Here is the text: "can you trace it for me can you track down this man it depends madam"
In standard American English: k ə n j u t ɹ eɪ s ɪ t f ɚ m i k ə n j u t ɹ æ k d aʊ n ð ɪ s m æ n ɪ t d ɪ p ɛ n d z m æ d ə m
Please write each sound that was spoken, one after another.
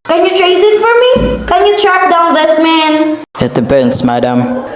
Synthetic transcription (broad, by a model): k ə n j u t ɹ eɪ s ɪ t f ɚ m i k ə n j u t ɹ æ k d aʊ n ð ɪ s m æ n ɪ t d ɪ b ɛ n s m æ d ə m